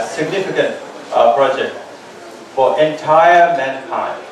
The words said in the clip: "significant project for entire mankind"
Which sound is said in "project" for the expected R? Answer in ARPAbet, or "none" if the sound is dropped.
R